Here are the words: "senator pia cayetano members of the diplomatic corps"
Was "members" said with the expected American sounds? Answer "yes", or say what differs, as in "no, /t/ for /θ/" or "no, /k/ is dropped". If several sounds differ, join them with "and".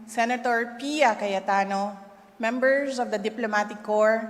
no, /s/ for /z/